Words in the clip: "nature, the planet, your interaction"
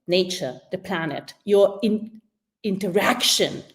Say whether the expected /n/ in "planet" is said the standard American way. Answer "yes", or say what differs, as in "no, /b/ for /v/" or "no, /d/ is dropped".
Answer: yes